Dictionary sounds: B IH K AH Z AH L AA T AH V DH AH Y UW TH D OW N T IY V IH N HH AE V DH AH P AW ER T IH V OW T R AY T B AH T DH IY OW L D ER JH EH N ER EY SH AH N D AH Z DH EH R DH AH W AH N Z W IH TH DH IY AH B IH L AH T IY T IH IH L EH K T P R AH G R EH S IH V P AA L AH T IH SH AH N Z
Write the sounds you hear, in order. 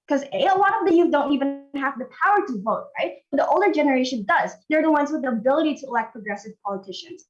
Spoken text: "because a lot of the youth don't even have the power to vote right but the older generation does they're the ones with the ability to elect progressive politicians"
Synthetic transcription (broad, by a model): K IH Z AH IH AH L AA T AH V DH AH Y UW D OW N T IY V IH N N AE V DH AH P AW ER T IH V OW T R AY T B AH T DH IY OW L D ER JH EH N ER EY SH AH N D AH Z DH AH R DH AH W AH N Z W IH DH IY AH B IH L AH T IY T IH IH L EH K P R AH G R EH S IH V P AA L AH T IH SH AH N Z